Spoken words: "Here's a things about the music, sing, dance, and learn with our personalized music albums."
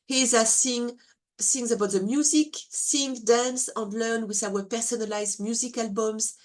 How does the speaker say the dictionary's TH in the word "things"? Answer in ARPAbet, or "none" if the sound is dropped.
S